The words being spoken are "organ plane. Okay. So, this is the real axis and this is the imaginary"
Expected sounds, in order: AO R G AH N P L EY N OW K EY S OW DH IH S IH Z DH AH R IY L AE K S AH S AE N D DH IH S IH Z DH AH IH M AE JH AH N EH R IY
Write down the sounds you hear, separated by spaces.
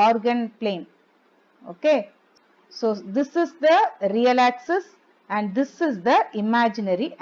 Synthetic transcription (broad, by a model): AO R G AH N P L EY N OW K EY S OW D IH S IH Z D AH R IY L AE K S AH S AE N D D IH S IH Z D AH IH M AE JH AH N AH R IY